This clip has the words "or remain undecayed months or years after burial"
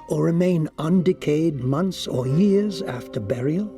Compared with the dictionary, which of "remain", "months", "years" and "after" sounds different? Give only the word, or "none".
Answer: none